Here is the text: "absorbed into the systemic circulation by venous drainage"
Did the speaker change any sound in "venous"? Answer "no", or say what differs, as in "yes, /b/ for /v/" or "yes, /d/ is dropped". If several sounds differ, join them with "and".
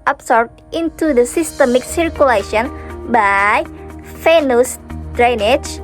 yes, /f/ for /v/